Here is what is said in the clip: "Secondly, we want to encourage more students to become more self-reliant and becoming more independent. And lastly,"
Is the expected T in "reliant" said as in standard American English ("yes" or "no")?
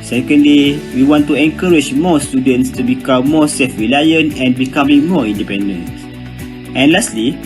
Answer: no